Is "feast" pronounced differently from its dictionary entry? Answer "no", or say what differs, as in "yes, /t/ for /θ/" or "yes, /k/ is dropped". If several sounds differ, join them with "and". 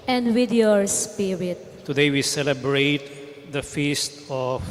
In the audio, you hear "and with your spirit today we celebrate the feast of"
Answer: no